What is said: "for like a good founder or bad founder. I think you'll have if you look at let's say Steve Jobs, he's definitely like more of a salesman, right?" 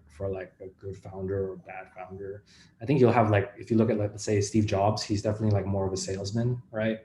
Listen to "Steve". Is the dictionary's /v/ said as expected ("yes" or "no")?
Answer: yes